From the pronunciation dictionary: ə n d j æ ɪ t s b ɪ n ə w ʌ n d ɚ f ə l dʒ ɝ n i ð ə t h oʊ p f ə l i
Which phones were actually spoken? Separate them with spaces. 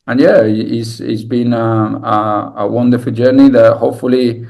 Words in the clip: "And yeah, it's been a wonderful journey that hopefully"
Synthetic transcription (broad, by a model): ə n j æ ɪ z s b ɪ n ə w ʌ n d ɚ f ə l dʒ ɝ n i ð ə t h oʊ p f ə l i